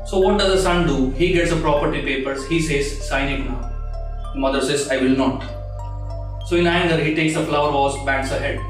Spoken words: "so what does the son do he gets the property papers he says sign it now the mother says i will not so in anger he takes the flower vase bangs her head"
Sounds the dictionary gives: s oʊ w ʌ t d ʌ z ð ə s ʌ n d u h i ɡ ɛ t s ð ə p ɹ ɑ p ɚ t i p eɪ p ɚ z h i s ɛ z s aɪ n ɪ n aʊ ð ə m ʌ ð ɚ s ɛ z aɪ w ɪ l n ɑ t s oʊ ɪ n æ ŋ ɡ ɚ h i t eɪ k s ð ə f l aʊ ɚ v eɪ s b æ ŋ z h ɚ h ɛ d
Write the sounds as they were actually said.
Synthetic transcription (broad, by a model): s oʊ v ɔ t d ʌ z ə s ʌ n d u h i ɡ ɛ t s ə p ɹ ɑ p ɚ t i p eɪ p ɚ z h i s ɛ z s aɪ n ɪ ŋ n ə m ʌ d ɚ s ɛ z aɪ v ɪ l n ɑ t s oʊ ɪ n æ ŋ ɡ ɚ h i t eɪ k s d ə f l aʊ ɚ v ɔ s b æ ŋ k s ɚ h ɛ d